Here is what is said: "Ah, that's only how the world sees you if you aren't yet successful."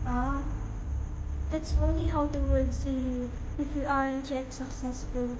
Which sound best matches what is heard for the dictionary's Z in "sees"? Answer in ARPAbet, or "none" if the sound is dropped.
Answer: none